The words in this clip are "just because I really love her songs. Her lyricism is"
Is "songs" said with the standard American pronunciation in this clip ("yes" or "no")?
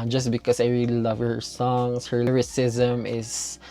no